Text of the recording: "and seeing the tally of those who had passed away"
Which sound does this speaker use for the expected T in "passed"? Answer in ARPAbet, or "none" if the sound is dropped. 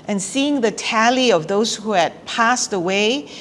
T